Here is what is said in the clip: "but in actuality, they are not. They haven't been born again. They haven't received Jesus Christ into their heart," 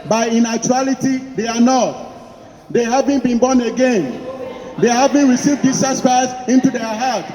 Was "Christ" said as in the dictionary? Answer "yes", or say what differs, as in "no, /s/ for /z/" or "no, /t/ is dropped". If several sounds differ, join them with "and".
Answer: no, /t/ is dropped